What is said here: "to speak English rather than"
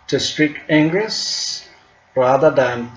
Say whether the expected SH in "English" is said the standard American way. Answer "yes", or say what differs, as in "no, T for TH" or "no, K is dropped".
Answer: no, S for SH